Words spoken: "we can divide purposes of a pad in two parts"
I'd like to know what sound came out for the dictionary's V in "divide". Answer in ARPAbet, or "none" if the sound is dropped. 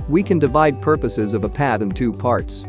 V